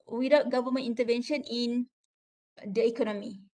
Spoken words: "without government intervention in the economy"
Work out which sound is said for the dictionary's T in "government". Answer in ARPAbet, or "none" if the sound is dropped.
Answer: none